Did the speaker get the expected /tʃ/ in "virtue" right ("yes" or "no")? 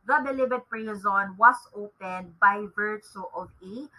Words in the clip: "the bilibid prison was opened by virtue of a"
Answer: no